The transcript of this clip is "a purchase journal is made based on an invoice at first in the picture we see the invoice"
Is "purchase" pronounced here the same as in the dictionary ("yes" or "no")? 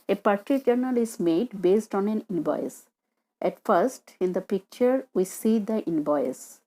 no